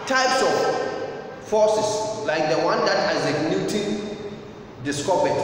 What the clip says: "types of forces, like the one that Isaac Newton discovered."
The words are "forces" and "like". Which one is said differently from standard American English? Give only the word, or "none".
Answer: forces